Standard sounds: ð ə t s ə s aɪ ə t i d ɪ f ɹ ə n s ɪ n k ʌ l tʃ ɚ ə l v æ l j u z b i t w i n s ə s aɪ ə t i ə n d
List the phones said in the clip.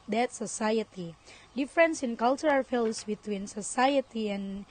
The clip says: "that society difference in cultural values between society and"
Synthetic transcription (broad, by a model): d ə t s ə s aɪ ə t i d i f ɹ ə n s ɪ n k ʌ l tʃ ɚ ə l f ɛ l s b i t w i n s ə s aɪ ə t i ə n